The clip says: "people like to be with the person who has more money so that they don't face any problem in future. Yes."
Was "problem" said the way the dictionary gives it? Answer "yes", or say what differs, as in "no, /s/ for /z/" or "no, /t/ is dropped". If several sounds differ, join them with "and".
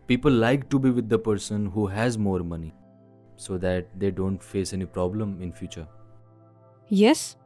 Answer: yes